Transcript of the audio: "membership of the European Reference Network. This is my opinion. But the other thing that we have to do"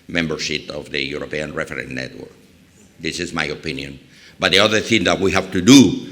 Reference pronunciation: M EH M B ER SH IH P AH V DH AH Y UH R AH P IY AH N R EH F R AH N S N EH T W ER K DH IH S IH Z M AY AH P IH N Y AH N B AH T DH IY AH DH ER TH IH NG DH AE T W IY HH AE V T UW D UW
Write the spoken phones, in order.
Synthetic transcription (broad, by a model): M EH M B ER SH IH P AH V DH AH Y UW R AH P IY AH N R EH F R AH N N EH T W ER K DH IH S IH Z M AY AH P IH N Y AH N B AH T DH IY AH DH ER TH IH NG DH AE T W IY HH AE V T UW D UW